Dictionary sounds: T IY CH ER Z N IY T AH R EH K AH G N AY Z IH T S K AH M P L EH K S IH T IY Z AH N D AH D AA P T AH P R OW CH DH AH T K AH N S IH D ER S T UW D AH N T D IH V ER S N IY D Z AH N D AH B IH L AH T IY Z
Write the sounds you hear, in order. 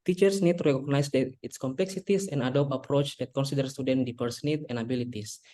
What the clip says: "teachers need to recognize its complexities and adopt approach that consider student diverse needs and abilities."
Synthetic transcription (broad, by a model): T IY CH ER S N IY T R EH K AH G N AY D IH T S K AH M P L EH K S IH T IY S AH N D AH D AA P T AH P R OW CH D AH T K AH N S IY D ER S T UW D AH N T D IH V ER S N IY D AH N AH B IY L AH T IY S